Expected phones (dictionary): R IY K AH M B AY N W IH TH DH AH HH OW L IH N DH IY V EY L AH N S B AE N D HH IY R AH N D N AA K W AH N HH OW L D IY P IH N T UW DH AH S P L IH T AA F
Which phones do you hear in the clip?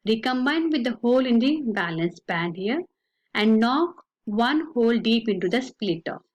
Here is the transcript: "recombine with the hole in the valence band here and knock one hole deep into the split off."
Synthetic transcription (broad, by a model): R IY K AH M B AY N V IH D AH HH OW L IH N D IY B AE L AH N S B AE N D HH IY R AH N D N AA K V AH N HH OW L D IY P IH N T UW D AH S P L IH T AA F